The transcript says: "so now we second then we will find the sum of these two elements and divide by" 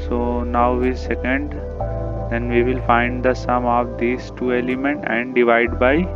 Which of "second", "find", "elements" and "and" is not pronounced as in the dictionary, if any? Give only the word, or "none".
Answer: elements